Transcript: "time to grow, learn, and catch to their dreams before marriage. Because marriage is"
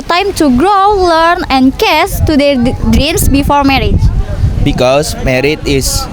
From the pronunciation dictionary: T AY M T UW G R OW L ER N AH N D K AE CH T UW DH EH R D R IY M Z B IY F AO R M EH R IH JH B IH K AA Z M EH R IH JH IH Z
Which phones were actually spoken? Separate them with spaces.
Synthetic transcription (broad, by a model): T AY M T UW G R OW L ER N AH N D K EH S T UW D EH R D R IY M S B IY F AO R M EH R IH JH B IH K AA S M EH R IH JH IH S